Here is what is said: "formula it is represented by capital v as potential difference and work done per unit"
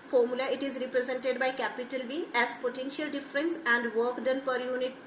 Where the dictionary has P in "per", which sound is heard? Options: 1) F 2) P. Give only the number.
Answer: 2